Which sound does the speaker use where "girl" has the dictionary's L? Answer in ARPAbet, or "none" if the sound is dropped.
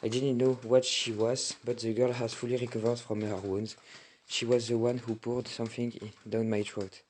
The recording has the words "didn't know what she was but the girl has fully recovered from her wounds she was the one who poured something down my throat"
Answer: L